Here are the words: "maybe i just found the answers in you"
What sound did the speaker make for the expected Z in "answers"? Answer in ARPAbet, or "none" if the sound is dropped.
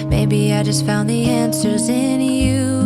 Z